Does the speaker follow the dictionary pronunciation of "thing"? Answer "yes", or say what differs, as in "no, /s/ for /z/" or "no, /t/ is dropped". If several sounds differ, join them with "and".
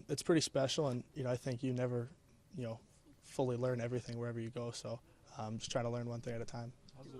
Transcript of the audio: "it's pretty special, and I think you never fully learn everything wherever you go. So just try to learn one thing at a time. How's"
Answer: yes